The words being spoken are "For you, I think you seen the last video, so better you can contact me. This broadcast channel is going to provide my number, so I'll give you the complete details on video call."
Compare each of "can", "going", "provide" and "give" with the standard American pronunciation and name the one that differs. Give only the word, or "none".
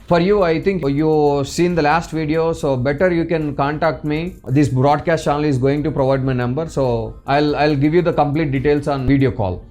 none